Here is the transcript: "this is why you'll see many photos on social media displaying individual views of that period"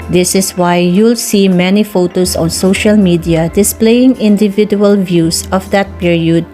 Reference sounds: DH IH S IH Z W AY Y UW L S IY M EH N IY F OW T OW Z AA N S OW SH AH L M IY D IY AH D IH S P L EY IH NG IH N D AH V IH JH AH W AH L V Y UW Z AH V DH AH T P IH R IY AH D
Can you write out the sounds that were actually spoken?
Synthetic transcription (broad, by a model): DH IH S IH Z W AY Y UW L S IY M EH N IY F OW T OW S AA N S OW SH AH L M IY D IY AH D IH S P L EY IH NG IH N D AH V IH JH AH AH L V Y UW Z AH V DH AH T P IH R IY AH D